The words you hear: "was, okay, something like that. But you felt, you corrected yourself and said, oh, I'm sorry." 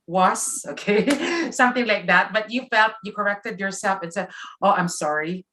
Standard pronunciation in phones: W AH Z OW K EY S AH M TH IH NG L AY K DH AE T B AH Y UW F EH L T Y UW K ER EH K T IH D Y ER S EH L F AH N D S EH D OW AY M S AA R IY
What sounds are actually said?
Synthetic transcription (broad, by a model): W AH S OW K EY S AH M TH IH NG L AY K DH AE T B AH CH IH F EH L T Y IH K ER EH K T IH D Y ER S EH L F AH N S EH D OW AY M S AA R IY